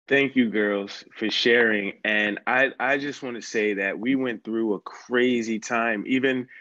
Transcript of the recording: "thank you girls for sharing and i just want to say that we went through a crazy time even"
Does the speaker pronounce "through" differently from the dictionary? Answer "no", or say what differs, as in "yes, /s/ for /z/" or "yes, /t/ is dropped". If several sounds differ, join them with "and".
no